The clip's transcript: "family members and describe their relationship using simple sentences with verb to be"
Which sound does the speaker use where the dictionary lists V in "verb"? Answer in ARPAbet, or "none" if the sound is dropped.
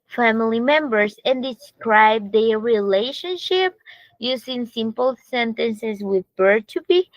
B